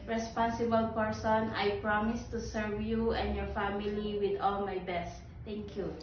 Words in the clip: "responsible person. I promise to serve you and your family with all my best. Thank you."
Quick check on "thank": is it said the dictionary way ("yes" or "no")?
no